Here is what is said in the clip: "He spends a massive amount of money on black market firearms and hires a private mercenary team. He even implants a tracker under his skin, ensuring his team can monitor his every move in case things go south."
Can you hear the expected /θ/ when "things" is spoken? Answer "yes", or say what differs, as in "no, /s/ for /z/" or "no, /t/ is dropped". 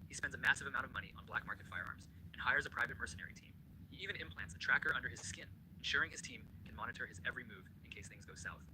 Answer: yes